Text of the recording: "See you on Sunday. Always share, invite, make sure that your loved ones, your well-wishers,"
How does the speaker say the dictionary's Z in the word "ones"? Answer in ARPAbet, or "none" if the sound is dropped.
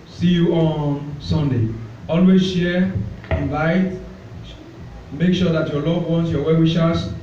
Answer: S